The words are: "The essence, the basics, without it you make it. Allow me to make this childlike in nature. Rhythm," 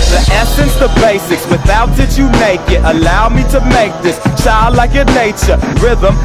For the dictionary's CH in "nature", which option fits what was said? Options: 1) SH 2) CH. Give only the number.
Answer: 2